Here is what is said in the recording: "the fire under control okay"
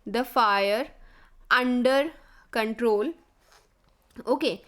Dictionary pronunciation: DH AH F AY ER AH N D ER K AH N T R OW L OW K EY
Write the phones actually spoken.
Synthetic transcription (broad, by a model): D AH F AY ER AH N D ER K AH N T R OW L OW K EY